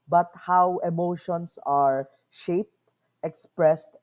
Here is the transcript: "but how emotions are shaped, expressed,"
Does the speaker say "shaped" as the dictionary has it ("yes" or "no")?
yes